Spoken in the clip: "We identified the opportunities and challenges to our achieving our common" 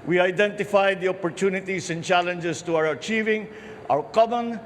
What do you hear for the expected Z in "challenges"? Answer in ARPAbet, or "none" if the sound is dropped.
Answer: S